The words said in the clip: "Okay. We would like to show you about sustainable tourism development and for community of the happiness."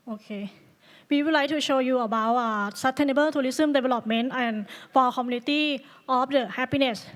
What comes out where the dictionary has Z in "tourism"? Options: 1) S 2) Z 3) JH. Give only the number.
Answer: 1